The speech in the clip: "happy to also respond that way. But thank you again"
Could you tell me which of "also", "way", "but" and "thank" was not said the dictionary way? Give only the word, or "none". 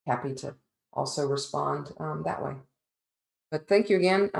none